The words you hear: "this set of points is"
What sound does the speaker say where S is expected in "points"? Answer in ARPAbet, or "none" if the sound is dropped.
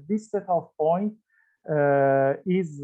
none